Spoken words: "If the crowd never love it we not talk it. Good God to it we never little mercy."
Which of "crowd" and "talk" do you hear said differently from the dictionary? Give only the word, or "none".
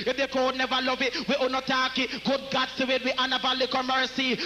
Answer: crowd